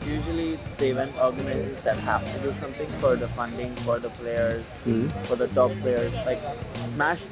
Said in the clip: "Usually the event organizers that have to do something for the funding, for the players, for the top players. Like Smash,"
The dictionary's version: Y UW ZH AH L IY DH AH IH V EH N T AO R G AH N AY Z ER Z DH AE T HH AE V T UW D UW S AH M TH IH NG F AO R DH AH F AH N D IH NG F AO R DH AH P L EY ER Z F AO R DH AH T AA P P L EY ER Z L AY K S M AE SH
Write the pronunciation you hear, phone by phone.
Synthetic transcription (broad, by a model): Y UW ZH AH L IY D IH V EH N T AO R G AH N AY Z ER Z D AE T HH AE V T UW D UW S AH M T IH NG F AO R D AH F AH N D IH NG F AO R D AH P L EY ER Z F AO R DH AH T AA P P L EY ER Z L AY K S M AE SH